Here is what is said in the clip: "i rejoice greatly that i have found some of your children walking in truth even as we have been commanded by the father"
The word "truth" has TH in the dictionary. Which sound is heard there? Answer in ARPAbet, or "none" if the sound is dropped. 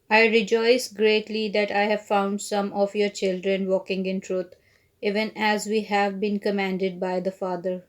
T